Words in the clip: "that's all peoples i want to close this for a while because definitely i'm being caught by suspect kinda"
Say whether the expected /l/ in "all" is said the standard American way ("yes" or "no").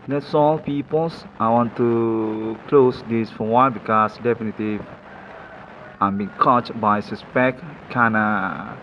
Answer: yes